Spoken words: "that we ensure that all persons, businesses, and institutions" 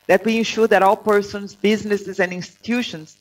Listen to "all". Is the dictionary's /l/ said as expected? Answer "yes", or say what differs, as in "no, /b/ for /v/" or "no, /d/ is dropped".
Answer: yes